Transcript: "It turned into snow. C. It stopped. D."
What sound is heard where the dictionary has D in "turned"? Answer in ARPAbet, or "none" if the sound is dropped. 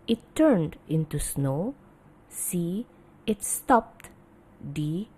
D